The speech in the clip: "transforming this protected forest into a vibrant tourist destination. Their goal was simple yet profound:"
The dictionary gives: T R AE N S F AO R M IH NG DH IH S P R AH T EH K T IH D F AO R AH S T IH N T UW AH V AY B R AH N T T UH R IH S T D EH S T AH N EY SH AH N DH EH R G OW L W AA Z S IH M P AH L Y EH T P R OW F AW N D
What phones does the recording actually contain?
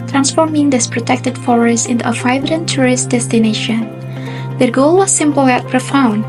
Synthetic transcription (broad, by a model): T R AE N S F AO R M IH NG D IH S P R AH T EH K T IH D F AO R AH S IH N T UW AH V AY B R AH N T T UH R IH S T D EH S T AH N EY SH AH N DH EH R G OW L W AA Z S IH M P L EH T P R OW F AW N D